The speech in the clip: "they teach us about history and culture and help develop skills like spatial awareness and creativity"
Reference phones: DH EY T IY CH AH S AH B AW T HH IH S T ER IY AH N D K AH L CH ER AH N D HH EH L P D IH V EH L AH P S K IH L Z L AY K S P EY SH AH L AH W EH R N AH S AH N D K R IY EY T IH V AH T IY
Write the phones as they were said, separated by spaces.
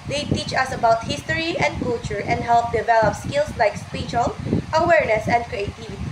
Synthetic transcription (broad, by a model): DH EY T IY CH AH S AH B AW T HH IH S T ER IY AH N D K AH L CH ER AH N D HH EH L P D IH V EH L AH P S K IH L S L AY K S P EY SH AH L AH W EH R N AH S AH N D K R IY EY T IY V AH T IY